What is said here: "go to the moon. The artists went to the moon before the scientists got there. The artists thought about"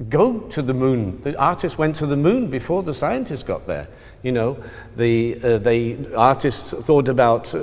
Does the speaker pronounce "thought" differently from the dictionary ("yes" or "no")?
no